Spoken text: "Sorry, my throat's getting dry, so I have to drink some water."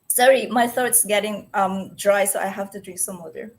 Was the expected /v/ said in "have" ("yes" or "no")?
no